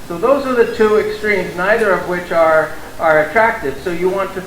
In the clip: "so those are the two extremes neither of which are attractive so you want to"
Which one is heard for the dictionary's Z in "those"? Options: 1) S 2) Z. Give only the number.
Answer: 2